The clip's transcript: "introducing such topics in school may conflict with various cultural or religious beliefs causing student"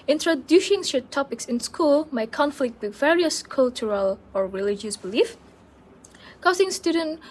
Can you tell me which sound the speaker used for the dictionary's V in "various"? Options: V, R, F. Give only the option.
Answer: V